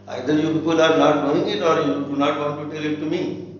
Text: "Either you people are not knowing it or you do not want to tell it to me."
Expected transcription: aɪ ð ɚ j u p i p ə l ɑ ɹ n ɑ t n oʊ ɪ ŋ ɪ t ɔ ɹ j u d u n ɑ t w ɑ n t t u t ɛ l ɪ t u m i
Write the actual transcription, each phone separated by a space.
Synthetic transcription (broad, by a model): aɪ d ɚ j u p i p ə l ɑ ɹ n ɑ t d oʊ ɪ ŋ ɪ t ɔ ɹ j u d u n ɑ t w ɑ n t t u t ɛ l ɪ t u m i